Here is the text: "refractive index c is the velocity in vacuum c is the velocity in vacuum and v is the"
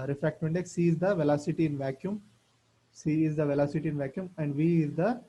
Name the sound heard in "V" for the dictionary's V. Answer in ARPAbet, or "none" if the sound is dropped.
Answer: V